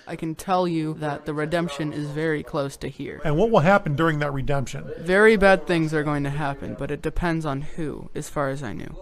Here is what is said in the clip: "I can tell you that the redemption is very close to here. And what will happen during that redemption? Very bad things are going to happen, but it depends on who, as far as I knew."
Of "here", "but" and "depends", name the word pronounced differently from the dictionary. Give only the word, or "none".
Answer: none